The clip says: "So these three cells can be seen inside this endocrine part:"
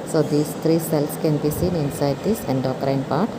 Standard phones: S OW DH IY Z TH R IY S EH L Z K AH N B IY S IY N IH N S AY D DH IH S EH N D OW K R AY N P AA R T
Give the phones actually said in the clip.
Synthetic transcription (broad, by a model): S OW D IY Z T R IY S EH L S K AH N B IY S IY N IH N S AY D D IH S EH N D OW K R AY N P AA R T